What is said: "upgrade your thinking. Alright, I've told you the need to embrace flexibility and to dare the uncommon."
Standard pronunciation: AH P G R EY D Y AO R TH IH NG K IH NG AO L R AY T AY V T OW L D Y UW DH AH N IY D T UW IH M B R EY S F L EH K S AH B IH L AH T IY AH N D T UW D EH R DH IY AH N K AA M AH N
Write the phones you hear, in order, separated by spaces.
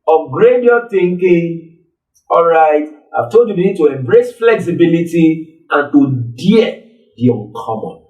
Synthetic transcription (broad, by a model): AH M G R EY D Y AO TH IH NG K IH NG AO L R AY T AY V T OW L D Y UW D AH N IY D T UW IH M B R EY S F L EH K S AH B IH L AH T IY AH N T UW D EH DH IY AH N K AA M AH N